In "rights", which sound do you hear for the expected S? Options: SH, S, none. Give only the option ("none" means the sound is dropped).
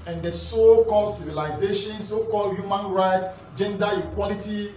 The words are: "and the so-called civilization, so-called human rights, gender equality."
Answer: none